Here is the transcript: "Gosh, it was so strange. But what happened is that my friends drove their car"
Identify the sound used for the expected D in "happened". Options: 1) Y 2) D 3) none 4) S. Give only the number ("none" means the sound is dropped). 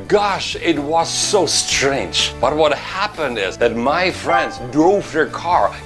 2